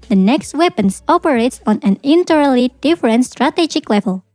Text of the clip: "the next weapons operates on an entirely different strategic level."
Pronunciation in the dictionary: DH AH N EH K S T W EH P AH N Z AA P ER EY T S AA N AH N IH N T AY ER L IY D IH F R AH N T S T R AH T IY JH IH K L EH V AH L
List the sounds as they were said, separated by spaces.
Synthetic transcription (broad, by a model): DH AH N EH K S T W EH P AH N S AA P ER EY T S AA N AH N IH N T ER L IY D IH F R AH N T S T R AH T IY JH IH K L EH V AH L